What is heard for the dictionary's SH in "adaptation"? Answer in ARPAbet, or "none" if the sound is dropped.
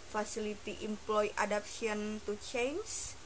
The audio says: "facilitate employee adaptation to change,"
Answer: none